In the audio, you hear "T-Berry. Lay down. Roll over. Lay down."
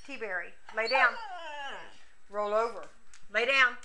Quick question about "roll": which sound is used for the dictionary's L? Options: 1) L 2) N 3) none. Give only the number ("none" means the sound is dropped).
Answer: 1